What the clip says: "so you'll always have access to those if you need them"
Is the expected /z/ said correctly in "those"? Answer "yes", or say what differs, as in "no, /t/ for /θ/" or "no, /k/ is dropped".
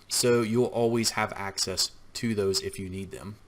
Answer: yes